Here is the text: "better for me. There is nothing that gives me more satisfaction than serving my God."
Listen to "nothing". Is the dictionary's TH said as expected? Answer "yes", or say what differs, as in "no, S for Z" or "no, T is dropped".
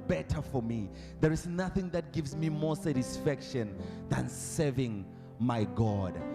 yes